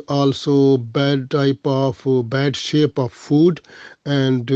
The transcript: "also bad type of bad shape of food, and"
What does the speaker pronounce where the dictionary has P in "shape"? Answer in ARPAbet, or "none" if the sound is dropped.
P